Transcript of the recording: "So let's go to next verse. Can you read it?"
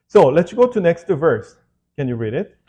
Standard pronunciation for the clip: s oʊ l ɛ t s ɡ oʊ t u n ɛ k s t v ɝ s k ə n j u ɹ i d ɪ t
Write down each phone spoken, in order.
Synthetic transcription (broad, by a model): s oʊ l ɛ t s ɡ oʊ t u n ɛ k s t v ɝ s k ə n j u ɹ i d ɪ t